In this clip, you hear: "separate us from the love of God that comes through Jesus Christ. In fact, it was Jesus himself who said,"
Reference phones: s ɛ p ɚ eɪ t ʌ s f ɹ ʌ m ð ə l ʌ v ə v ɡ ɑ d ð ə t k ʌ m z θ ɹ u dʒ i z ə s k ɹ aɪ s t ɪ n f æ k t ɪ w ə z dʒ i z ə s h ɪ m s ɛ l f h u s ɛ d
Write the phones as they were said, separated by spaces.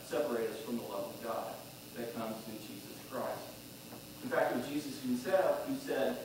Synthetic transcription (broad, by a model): s ɛ p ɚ eɪ t ʌ s f ɹ ʌ m ð ə l ʌ v ə v ɡ ɑ d ð ə t k ʌ m z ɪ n dʒ i z ə s k ɹ aɪ s t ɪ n f æ k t ɪ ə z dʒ i z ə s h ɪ s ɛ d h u s ɛ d